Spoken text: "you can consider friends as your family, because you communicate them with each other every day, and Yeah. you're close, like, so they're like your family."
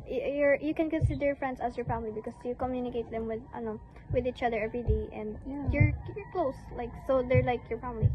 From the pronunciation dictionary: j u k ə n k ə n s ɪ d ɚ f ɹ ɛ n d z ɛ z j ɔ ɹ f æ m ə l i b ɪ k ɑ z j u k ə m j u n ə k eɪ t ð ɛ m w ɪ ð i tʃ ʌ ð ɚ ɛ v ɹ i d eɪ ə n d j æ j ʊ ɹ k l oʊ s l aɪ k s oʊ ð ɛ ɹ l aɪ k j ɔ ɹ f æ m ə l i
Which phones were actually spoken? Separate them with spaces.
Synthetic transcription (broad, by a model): j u k ə n k ə n s ɪ d ɚ f ɹ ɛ n d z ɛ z j ɔ ɹ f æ m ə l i b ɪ k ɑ s j u k ə m j u n ə k eɪ t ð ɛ m w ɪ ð i tʃ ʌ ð ɚ ɛ v ɹ i d eɪ ə n d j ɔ j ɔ ɹ k l oʊ s l aɪ k s oʊ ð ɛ ɹ l aɪ k j ɔ ɹ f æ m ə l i